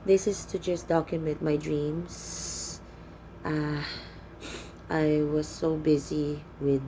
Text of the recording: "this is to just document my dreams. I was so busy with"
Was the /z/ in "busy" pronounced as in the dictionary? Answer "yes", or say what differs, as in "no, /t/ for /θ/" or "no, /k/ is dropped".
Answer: yes